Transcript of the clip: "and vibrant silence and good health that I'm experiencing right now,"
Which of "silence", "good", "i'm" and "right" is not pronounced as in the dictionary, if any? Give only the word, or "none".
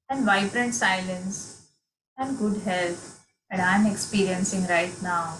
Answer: none